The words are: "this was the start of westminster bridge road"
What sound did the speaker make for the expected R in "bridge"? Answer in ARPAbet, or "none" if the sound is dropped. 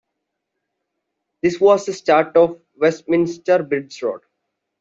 none